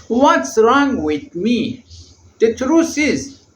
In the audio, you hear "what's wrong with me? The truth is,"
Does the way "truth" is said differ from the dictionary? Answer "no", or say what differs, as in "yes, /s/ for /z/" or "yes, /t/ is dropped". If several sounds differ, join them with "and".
yes, /s/ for /θ/